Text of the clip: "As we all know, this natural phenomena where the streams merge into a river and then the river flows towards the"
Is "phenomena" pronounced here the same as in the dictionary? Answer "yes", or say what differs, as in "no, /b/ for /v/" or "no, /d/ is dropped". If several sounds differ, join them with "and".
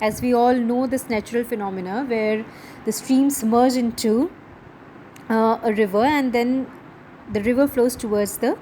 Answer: yes